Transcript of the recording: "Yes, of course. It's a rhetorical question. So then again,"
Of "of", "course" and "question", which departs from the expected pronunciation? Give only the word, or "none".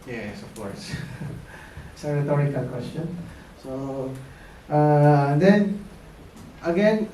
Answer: of